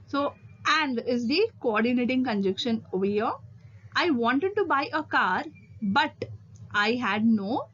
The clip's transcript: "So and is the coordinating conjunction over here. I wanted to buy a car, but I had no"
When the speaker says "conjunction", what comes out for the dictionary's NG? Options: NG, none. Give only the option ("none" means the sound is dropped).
none